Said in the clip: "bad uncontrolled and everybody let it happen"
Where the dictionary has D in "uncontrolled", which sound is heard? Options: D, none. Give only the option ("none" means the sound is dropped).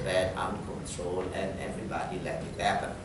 none